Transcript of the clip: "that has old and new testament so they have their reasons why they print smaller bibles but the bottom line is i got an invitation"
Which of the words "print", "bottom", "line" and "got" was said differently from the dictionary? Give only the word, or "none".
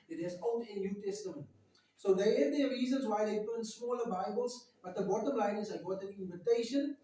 print